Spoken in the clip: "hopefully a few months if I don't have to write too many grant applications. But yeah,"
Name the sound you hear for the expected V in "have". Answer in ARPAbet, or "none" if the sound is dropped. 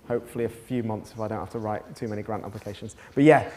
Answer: F